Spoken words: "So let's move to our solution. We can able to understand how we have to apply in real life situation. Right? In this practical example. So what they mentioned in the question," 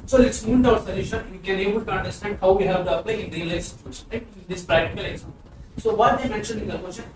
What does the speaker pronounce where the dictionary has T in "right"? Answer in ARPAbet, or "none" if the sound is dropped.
none